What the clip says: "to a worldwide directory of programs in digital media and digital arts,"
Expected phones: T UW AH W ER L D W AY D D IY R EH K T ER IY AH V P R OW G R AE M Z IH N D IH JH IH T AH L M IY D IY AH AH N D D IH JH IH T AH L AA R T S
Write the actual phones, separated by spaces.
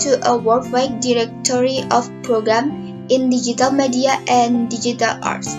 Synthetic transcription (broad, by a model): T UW AH W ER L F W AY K D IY R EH K T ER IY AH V P R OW G R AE M IH N D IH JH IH T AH L M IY D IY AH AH N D D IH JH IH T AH L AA R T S